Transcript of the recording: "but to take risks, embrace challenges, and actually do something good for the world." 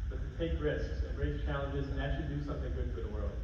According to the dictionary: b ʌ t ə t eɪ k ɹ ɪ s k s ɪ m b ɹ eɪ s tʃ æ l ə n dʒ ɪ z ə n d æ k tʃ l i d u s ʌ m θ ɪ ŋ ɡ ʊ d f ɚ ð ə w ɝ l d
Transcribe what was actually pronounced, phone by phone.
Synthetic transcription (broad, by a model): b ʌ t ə t eɪ k ɹ ɪ s k s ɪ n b ɹ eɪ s tʃ æ l ə n dʒ ɪ z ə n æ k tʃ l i d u s ʌ m θ ɪ ŋ ɡ ʊ d f ɚ ð ə w ɝ l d